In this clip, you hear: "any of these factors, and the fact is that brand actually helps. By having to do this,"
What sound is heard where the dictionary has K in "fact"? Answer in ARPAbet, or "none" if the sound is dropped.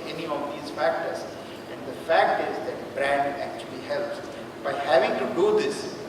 K